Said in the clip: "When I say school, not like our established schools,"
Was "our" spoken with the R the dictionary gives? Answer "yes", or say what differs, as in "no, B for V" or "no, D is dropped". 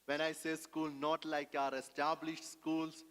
yes